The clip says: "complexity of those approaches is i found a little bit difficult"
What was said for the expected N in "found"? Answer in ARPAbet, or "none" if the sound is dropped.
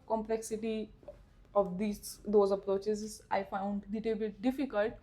N